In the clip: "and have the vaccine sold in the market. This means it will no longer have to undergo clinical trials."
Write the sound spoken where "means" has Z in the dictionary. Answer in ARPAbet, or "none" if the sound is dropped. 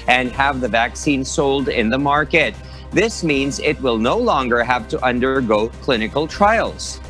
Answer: Z